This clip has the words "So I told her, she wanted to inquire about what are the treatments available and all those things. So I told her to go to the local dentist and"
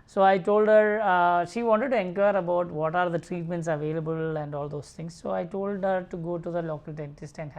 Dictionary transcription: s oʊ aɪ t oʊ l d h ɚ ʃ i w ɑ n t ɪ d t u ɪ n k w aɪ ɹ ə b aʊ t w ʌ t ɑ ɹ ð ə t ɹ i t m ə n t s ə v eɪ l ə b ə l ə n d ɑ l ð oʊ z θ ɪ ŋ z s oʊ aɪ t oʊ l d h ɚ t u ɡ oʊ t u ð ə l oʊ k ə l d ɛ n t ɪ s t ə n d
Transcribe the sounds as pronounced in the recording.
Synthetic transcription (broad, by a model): s oʊ aɪ t oʊ l d h ɚ ʃ i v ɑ n t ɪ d t u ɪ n k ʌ ɹ ə b aʊ t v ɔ t ɑ ɹ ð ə t ɹ i t m ə n t s ə v eɪ l ə b ə l ə n d ɑ l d oʊ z t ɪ ŋ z s oʊ aɪ t oʊ l d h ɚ t u ɡ oʊ t u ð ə l oʊ k ə l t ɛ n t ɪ s t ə n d